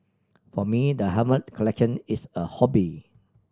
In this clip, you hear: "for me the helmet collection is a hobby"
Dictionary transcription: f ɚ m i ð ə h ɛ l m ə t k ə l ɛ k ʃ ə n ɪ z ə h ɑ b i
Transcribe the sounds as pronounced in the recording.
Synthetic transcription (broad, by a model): f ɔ m i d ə h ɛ m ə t k ə l ɛ k ʃ ə n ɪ s ə h ɑ b i